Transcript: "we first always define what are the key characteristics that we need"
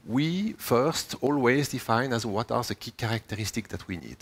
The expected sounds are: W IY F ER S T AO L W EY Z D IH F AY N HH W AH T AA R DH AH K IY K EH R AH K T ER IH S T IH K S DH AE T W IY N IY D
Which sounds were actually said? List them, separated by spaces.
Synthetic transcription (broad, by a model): W IY F ER S T AO L W EY Z D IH F AY N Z W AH T AA R DH AH K IY K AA R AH K T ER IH S T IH K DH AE T W IY N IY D